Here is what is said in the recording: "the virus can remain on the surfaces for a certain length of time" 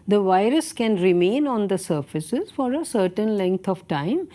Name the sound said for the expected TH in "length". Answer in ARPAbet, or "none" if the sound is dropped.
T